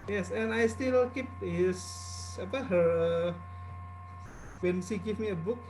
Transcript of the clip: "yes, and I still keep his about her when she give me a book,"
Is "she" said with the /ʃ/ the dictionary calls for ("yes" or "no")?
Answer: no